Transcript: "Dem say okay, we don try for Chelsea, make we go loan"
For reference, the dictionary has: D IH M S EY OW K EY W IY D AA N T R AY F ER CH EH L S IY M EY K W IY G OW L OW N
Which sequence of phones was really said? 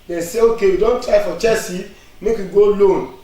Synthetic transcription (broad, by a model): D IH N S EY OW K EY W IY D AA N T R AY F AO CH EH S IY M EY K W IY G OW L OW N